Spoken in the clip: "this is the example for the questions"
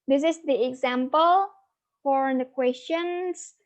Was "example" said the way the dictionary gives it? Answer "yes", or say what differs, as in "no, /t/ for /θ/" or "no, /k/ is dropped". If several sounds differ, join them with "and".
yes